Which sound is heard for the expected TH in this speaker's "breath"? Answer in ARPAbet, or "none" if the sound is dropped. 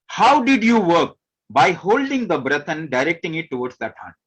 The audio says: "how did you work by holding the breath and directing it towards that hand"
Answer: T